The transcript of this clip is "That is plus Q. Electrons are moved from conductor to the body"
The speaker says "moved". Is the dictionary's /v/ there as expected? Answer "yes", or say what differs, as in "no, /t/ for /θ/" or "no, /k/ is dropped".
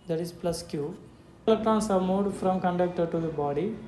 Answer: no, /v/ is dropped